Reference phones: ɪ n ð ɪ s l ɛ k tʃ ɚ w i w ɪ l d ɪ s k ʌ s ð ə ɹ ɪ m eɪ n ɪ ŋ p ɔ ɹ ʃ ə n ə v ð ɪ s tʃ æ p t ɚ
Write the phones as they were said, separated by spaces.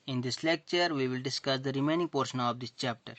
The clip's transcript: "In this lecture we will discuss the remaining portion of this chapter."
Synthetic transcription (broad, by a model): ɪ n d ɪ s l ɛ k tʃ ɚ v i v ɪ l d ɪ s k ʌ s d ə ɹ ɪ m eɪ n ɪ ŋ p ɔ ɹ ʃ ə n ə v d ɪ s tʃ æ p t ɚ